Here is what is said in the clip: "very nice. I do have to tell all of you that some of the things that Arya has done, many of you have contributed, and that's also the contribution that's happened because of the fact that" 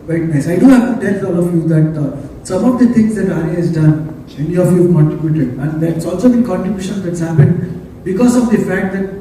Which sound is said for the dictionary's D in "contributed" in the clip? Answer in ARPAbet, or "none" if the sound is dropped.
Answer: none